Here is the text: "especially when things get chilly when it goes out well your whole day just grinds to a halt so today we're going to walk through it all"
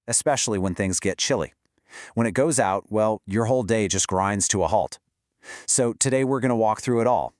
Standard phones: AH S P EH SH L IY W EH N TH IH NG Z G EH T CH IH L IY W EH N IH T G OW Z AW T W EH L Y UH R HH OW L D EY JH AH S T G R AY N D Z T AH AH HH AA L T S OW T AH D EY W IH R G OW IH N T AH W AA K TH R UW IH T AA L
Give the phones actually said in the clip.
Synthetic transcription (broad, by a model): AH S P EH SH L IY W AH N TH IH NG Z G EH T CH IH L IY W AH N IH T G OW Z AW T W EH L Y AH R HH OW L D EY JH AH S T G R AY N D Z T AH AH HH AA L T S OW T AH D EY W IH R G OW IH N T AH W AA K TH R UW IH T AA L